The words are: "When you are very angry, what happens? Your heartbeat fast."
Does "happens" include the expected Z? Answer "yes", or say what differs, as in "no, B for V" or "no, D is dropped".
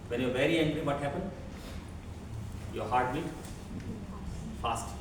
no, Z is dropped